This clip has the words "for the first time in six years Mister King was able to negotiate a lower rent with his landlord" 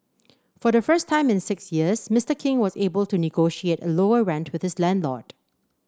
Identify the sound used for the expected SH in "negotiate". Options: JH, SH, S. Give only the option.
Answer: SH